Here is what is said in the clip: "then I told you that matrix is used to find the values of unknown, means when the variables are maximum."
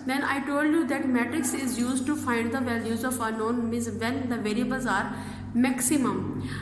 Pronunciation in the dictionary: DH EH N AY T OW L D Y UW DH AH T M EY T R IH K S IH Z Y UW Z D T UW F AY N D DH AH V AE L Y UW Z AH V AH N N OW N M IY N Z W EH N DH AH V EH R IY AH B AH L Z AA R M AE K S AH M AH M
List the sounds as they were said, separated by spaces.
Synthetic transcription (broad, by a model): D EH N AY T OW L D Y UW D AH T M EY T R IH K S IH Z Y UW Z D T UW F AY N D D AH V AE L Y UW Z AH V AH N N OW N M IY Z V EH N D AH V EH R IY B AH Z AA R M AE K S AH M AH M